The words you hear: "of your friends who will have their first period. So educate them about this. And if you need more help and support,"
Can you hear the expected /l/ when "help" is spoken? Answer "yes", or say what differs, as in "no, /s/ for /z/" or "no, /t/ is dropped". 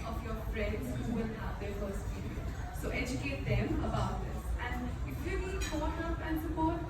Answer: no, /l/ is dropped